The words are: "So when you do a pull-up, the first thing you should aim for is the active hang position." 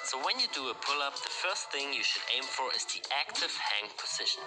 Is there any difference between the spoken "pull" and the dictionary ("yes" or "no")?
no